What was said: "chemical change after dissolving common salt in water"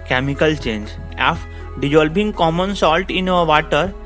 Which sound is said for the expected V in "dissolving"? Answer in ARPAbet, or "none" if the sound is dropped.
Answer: B